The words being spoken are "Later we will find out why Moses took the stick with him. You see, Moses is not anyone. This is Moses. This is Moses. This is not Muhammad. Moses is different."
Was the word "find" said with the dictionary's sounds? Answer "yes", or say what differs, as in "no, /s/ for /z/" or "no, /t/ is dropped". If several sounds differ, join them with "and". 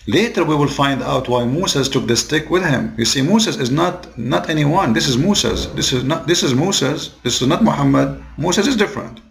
yes